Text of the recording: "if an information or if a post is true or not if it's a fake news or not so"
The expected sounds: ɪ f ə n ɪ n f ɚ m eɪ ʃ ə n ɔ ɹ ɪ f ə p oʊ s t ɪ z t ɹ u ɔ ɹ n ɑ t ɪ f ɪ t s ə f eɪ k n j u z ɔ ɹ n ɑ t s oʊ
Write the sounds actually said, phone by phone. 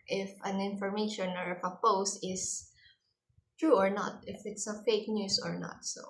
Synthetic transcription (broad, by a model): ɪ f ə n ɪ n f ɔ m eɪ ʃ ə n ɔ ɹ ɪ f ə p oʊ s t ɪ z t ɹ u ɔ ɹ n ɑ t ɪ f ɪ t s ə f eɪ k n j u s ɔ ɹ n ɑ t s oʊ